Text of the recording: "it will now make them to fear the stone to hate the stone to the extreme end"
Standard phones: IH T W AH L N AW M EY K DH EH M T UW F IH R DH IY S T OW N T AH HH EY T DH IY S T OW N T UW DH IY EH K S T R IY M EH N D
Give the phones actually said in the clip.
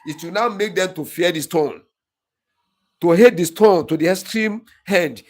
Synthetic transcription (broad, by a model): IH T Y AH N AW M EY K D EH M T UW F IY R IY S T OW N T AH HH EY T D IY S T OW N T UW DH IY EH S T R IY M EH N D